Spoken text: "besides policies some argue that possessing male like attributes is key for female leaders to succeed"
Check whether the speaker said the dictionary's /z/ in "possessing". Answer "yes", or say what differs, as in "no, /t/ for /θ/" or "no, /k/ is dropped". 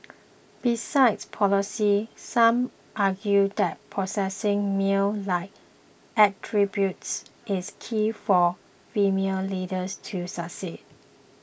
no, /s/ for /z/